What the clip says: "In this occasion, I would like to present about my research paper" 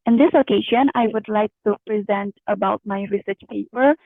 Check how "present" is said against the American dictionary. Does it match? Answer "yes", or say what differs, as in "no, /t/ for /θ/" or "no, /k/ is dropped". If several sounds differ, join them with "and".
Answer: yes